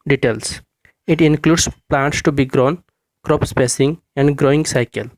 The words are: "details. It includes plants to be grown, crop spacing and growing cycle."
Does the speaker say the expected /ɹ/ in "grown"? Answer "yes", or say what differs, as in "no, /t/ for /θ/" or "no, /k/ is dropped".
yes